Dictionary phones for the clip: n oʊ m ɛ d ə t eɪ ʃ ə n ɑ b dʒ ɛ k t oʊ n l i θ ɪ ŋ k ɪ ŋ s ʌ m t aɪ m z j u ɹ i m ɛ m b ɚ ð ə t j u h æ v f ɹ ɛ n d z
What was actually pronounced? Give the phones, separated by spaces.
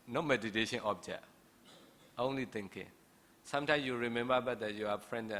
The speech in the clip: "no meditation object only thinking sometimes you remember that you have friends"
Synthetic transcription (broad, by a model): n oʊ m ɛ d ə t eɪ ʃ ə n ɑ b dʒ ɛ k t oʊ n l i t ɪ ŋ k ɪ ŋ s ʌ m t aɪ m j u ɹ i m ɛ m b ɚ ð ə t j u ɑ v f ɹ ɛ n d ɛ